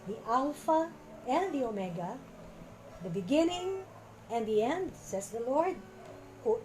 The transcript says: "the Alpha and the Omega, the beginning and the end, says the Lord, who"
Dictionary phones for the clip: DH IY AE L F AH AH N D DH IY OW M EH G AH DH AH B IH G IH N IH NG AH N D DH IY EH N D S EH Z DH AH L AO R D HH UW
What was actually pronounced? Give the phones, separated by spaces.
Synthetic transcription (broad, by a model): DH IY AE L F AH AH N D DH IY OW M EH G AH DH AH B IH G IH N IH NG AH N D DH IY EH N D S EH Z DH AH L AO R D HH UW